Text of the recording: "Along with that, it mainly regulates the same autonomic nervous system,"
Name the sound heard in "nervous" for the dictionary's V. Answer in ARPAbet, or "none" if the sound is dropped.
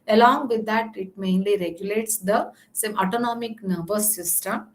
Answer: B